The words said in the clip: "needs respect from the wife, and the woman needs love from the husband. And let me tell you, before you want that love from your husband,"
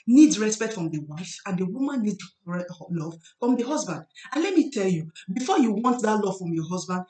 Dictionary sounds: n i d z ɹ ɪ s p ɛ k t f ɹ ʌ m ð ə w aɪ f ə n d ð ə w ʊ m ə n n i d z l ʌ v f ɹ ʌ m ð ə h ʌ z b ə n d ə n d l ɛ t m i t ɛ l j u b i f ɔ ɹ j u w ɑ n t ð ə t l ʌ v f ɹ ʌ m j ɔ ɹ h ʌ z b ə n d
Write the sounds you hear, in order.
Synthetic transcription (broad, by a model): n i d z ɹ ɪ s p ɛ k t f ɹ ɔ m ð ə w aɪ f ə n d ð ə w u m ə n n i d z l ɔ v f ɹ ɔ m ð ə h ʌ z b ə n d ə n l ɛ t m i t ɛ l j u b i f ɔ j u w ɑ n t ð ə t l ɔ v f ɹ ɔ m j ɔ h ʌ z b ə n d